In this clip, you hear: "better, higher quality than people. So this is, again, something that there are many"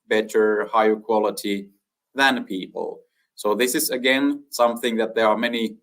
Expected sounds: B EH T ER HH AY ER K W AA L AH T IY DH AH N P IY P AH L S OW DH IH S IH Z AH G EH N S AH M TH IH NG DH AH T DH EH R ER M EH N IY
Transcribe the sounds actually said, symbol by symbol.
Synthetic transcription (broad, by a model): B EH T ER HH AY ER K W AA L AH T IY DH AH N P IY P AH L S OW DH IH S IH Z AH G EH N S AH M TH IH NG DH AH T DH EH R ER M EH N IY